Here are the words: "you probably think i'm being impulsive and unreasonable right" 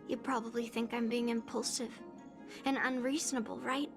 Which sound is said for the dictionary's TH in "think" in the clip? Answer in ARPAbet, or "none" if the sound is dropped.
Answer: TH